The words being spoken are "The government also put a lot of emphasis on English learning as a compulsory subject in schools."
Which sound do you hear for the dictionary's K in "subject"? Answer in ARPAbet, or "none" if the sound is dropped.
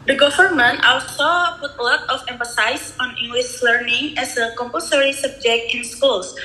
K